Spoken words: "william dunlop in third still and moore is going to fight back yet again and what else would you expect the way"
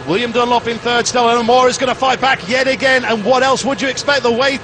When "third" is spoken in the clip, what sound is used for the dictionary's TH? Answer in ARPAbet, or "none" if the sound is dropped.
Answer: TH